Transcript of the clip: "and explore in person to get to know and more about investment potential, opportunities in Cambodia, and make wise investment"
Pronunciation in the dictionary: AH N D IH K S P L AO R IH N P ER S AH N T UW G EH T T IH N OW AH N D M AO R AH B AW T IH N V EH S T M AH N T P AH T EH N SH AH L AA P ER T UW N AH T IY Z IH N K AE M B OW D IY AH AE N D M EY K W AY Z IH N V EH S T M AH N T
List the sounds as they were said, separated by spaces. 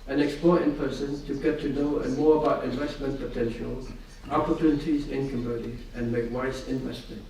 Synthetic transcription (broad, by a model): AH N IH K S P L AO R IH N P ER S AH N T UW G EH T T IH N OW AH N M AO R AH B AW T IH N V EH S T M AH N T P AH T EH N SH AH L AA P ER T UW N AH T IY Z IH N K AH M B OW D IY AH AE N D M EY K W AY S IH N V EH S T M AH N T